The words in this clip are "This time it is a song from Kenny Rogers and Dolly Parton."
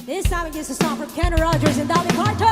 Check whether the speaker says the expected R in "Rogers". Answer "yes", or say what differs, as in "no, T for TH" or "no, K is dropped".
yes